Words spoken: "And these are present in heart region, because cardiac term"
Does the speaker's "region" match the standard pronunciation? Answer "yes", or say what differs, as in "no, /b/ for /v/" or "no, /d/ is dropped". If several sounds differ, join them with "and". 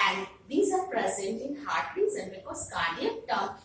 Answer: no, /z/ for /dʒ/